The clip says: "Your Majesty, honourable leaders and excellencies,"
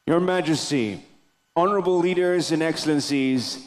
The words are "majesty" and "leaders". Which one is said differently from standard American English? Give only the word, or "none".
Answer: none